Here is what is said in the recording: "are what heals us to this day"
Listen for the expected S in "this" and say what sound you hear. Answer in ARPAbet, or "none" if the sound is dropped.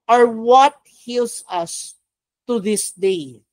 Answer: S